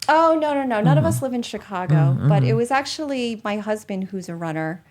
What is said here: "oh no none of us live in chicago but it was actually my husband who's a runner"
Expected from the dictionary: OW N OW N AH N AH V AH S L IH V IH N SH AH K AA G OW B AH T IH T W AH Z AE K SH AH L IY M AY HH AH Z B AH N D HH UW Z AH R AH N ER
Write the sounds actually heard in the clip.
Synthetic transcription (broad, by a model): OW N OW N AH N AH V AH S L IH V IH N SH AH K AA G OW B AH T IH T W AH Z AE K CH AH L IY M AY HH AH Z B AH N D HH UW Z AH R AH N ER